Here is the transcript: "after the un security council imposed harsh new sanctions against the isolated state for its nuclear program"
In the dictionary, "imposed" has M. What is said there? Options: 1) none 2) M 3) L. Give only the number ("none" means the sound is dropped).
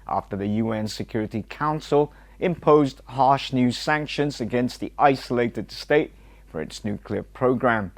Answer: 2